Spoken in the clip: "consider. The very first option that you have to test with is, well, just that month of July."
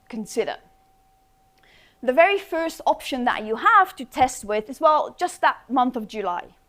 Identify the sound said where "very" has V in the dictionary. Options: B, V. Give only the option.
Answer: V